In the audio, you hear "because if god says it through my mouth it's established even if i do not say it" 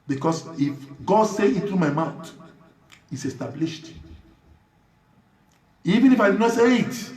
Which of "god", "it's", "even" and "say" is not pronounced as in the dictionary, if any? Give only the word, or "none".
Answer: none